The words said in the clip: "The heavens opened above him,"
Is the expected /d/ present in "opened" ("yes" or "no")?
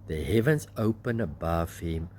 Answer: no